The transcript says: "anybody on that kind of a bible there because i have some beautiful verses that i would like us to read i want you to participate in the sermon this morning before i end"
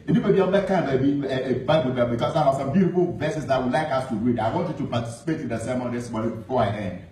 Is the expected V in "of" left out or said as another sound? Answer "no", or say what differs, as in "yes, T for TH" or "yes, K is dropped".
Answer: yes, B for V